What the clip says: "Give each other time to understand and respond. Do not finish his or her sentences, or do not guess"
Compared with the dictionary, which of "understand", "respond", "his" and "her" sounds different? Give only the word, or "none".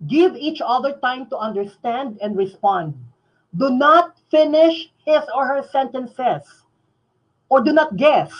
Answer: his